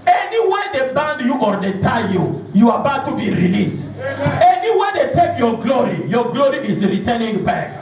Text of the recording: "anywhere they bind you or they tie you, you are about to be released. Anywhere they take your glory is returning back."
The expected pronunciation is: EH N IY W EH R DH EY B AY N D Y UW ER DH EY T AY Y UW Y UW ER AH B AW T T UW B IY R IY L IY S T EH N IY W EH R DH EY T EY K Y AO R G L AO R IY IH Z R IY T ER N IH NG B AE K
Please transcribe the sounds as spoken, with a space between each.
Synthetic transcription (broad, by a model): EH N IY W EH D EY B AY N D Y UW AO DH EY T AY Y UW Y UW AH B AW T T UW B IY R IY L IY S T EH N IY W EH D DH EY T EY K Y AO R G L AO R IY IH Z R IY T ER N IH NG B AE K